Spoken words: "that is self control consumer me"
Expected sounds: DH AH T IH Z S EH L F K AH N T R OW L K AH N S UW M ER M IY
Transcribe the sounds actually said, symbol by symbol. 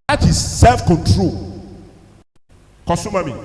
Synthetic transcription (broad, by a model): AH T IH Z S EH L F K AH N T R OW L K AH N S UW M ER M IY